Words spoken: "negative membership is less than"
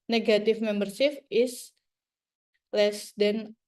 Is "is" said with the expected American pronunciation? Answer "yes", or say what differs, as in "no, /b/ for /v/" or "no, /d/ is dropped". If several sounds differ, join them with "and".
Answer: no, /s/ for /z/